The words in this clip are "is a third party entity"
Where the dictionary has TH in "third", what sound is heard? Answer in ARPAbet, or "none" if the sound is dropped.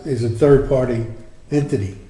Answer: TH